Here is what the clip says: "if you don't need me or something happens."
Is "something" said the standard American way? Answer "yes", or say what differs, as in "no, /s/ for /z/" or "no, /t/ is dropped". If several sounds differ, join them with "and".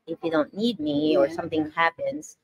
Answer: yes